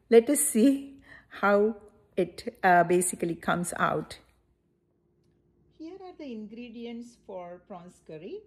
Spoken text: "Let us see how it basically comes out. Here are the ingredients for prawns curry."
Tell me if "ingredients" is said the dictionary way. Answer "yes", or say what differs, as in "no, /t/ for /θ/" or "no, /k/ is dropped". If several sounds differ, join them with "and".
yes